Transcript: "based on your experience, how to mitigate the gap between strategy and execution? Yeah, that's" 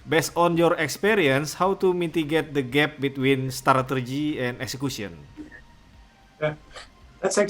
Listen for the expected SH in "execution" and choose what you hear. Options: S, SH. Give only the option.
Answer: S